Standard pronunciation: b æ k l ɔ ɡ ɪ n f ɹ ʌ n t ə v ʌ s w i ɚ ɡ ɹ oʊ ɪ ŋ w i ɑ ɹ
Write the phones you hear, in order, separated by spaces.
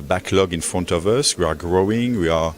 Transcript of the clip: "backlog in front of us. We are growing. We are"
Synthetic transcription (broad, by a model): b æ k l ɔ ɡ ɪ n f ɹ ʌ n t ə v ʌ s w i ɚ ɡ ɹ oʊ ɪ ŋ w i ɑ ɹ